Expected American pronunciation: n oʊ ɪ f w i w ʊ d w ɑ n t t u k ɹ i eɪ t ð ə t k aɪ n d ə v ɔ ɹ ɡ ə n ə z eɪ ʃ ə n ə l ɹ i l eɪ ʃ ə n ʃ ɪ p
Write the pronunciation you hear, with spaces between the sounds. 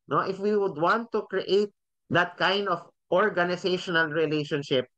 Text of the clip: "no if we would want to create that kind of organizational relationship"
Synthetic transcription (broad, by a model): n oʊ ɪ f w i w ʊ d w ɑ n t t u k ɹ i eɪ t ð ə t k aɪ n d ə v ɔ ɹ ɡ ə n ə s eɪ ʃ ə n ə l ɹ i l eɪ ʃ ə n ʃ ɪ p